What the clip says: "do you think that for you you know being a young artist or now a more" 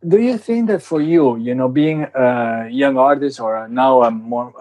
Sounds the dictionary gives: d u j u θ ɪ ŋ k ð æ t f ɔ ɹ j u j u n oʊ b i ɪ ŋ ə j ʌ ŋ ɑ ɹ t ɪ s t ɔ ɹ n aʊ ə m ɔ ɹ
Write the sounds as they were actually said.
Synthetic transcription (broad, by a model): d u j u θ ɪ ŋ k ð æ t f ɔ ɹ j u j u n oʊ b i ɪ ŋ ə j ʌ ŋ ɑ ɹ t ɪ s t ɔ ɹ n aʊ ə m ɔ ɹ